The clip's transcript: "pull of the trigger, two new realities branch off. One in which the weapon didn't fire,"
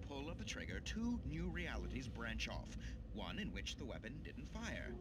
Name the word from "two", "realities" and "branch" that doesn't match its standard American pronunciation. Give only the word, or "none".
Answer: none